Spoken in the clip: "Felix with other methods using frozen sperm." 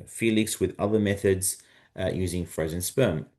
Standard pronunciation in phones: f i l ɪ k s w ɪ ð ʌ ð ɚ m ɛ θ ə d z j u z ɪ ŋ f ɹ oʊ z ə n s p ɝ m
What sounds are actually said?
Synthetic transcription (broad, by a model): f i l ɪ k s w ɪ ð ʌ ð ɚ m ɛ θ ə d z j u z ɪ ŋ f ɹ oʊ z ə n s p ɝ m